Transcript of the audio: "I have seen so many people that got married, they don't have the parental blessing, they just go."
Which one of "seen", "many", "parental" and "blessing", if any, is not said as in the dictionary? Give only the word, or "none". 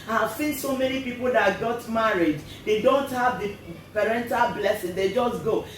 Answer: none